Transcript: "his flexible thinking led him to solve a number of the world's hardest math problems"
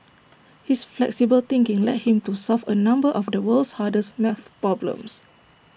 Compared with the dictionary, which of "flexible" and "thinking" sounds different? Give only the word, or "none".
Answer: thinking